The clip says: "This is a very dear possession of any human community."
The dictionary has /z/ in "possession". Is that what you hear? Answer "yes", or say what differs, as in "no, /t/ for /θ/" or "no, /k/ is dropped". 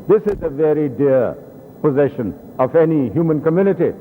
yes